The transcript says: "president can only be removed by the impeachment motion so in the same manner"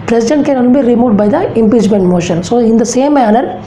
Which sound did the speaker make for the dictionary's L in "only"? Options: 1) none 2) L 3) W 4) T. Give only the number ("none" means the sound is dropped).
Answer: 1